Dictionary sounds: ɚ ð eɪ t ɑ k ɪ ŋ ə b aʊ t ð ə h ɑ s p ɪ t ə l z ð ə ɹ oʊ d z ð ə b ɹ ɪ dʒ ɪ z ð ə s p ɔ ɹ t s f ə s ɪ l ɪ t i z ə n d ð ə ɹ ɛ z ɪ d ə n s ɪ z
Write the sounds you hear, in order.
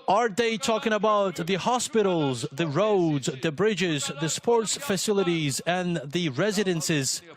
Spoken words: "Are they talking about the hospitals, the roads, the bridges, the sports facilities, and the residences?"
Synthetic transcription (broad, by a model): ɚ ð eɪ t ɑ k ɪ ŋ ə b aʊ t ð ə h ɑ s p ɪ t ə l z ð ə ɹ oʊ d z ð ə b ɹ ɪ dʒ ɪ z ð ə s p ɔ ɹ t s f ə s ɪ l ɪ t i z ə n ð ə ɹ ɛ z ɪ d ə n s ɪ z